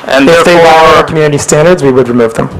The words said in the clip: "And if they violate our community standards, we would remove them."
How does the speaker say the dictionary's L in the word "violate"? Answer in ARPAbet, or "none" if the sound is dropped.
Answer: W